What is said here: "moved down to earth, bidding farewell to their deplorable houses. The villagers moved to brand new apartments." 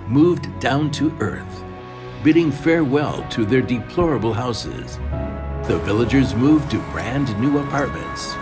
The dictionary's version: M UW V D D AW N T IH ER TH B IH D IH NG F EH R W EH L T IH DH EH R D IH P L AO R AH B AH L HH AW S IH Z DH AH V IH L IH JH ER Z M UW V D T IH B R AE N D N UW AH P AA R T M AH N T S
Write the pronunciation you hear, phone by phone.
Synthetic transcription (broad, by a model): M UW V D D AW N T IH ER TH B IH D IH NG F EH R W EH L T IH DH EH R D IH P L AO R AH B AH L HH AW S IH Z DH AH V IH L IH JH ER Z M UW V T IH B R AE N D N UW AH P AA R T M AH N T S